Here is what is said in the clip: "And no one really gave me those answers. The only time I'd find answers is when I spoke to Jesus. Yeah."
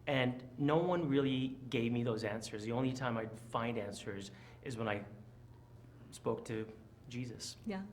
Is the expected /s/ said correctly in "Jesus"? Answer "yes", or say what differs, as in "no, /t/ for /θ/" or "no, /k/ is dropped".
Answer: yes